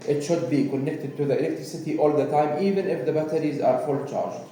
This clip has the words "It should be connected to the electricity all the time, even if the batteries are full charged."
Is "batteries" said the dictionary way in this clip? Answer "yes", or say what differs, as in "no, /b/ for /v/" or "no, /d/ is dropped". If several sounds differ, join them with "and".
yes